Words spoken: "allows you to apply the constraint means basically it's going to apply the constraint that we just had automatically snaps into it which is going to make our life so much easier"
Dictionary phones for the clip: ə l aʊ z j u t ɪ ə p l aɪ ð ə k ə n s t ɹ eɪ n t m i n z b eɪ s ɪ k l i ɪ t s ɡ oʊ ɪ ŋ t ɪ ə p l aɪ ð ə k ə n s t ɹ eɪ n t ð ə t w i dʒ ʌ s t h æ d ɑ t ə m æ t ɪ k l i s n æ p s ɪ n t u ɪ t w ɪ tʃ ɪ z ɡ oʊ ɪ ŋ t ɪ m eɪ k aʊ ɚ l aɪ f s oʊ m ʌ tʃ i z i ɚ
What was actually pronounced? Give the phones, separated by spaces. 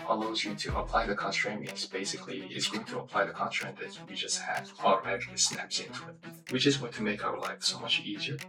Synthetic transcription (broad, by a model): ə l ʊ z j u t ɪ ə p l aɪ ð ə k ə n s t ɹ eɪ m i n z b eɪ s ɪ k l i ɪ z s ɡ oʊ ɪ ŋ t ɪ ə p l aɪ ð ə k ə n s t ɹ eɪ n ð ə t w i dʒ ʌ s t h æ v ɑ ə ʌ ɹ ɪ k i s n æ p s ɪ n t u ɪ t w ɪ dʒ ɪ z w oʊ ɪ t ɪ m eɪ k aʊ ɚ l aɪ f s oʊ m ʌ tʃ i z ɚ